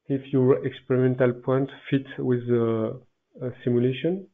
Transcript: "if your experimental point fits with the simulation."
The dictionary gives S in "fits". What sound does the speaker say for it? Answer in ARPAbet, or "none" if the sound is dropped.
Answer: none